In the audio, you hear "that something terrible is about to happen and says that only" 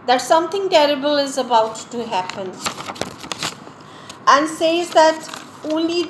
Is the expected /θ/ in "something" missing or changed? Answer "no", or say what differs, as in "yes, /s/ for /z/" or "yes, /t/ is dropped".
yes, /t/ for /θ/